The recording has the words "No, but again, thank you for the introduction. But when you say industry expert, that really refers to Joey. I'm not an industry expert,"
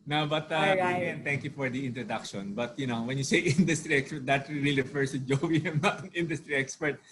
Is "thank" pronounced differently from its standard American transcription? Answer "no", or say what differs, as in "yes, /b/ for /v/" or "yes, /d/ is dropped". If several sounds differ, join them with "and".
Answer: yes, /t/ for /θ/